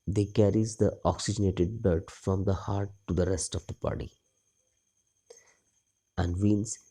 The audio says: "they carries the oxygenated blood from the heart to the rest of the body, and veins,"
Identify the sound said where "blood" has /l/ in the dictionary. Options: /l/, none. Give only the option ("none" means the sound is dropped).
none